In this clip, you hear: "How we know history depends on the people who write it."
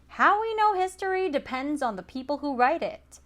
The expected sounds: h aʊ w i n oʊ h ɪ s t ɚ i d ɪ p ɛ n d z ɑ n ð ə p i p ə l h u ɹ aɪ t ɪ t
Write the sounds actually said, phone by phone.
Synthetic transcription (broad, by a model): h aʊ w i n oʊ h ɪ s t ɚ i d ɪ p ɛ n d z n ð ə p i p l h u ɹ aɪ t ɪ t